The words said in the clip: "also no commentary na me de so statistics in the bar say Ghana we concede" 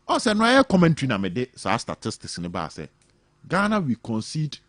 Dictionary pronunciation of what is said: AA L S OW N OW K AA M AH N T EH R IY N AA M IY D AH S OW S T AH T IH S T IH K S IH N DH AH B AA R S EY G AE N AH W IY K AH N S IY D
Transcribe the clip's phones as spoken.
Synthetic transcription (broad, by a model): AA S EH N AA K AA M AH N T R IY N AA M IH D AH S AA S T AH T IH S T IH S IH N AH B AA S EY G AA N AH W IY K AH N S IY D